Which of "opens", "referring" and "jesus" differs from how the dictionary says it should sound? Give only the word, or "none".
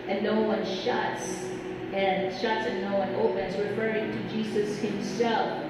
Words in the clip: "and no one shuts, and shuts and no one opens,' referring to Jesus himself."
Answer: none